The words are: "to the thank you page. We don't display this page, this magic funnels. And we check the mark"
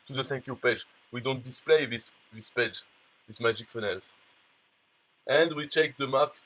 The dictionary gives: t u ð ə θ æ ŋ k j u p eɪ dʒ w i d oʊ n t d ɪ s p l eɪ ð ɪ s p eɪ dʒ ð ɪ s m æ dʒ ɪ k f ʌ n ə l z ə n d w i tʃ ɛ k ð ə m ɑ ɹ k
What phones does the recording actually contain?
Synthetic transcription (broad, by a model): t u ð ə s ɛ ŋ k j u p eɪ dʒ w i d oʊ n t d ɪ s p l eɪ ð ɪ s p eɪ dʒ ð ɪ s m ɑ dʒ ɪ k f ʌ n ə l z ə n d w i tʃ ɛ k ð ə m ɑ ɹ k